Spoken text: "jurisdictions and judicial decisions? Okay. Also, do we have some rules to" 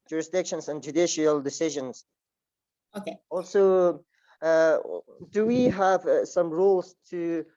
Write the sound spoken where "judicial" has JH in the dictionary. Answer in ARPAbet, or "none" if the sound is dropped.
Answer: JH